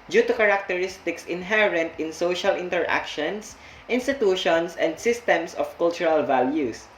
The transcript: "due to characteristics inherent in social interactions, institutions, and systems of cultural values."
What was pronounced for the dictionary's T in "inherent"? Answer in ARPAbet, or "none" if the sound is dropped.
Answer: T